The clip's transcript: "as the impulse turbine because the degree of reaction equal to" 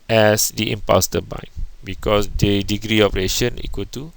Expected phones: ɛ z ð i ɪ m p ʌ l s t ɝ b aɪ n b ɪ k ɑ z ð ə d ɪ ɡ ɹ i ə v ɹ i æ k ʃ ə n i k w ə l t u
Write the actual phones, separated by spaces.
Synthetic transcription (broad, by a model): ɛ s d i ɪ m p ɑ s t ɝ b aɪ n b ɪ k ɑ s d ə d ɪ ɡ ɹ i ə p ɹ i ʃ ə n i k w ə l t u